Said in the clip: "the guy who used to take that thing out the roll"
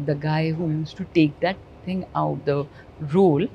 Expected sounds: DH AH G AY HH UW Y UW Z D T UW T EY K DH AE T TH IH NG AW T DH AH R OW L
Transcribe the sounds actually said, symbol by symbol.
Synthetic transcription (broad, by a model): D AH G AY HH UW Y UW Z T UW T EY K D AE T T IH NG AW T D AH R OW L